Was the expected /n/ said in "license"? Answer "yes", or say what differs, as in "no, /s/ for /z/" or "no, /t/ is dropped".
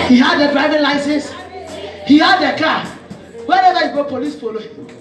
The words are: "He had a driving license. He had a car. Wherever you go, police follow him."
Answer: no, /n/ is dropped